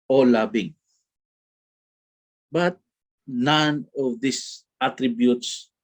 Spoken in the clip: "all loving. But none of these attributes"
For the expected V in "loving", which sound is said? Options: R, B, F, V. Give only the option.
B